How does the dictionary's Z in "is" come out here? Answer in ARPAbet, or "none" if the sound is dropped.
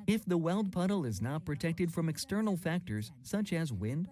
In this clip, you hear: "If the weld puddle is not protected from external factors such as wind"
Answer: Z